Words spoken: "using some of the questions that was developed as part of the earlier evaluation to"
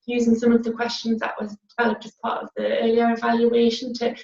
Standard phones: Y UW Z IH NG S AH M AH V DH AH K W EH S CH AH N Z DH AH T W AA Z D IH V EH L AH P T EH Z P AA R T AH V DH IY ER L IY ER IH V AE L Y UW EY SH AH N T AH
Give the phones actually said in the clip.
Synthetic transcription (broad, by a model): Y UW Z IH NG S AH M AH V DH AH K W EH S CH AH N Z DH AH T W AA Z D IH V EH L AH P T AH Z P AA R T AH V DH IY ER L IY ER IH V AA L Y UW EY SH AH N T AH